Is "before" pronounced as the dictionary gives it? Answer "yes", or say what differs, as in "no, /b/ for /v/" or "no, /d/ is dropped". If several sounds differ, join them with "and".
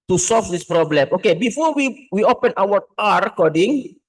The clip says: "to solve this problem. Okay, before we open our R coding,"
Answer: no, /w/ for /ɹ/